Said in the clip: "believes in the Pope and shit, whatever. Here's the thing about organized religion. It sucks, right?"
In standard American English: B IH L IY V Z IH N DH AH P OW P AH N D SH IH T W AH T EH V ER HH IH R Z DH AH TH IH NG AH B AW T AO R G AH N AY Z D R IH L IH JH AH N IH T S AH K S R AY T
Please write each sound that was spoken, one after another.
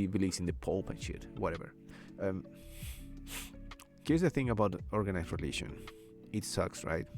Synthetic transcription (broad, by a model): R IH L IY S IH N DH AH P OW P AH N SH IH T W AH T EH V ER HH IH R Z DH AH TH IH NG AH B AW T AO R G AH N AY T R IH L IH SH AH N IH T S AH K S R AY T